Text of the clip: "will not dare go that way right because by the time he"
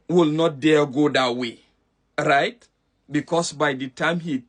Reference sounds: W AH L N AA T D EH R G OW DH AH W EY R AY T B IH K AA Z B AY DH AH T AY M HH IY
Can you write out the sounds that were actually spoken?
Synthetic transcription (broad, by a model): W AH L N AA T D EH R G OW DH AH W EY R AY T B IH K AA S B AY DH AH T AY M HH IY